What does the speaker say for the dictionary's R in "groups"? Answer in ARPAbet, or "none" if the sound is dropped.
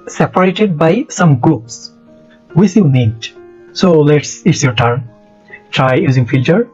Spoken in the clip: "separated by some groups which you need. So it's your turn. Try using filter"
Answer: none